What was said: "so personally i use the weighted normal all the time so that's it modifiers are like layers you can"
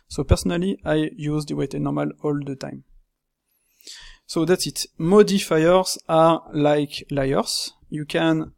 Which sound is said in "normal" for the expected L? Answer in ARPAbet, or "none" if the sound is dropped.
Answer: L